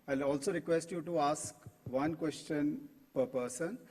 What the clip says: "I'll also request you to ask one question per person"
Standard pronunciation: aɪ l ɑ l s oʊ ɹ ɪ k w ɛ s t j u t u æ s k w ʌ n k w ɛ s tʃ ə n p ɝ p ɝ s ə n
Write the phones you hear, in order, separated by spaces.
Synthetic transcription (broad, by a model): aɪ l ɑ l s oʊ ɹ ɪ k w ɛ s t j u t u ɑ s k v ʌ n k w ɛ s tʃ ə n p ɝ p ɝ s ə n